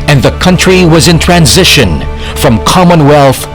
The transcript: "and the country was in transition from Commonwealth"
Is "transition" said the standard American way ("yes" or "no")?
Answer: yes